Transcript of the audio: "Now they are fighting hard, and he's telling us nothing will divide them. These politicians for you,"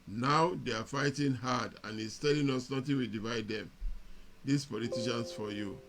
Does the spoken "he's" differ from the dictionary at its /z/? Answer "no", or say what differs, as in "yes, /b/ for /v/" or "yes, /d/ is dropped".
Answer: yes, /s/ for /z/